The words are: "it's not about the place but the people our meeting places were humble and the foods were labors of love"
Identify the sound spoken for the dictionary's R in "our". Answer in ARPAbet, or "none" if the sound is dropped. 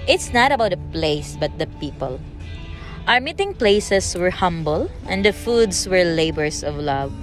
R